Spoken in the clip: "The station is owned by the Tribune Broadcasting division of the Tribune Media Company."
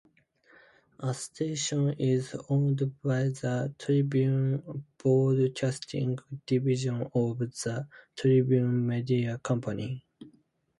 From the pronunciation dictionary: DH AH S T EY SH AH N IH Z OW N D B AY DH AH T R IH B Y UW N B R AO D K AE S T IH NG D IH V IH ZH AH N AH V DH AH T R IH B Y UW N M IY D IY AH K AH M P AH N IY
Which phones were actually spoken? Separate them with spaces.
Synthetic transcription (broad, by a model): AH S T EY SH AH N IH Z OW N D B AY DH AH T R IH B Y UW N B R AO D K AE S T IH NG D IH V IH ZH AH N AH V DH AH T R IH B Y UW N M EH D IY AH K AH M P AH N IY